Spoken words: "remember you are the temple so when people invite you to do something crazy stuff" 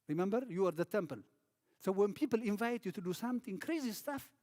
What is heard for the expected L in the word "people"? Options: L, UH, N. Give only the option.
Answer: L